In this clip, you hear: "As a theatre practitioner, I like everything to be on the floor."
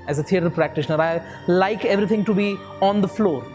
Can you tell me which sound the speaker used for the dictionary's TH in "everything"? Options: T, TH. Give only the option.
T